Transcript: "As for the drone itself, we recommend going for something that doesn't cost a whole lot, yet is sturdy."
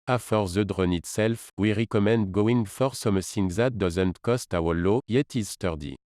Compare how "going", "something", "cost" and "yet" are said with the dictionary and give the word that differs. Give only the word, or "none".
something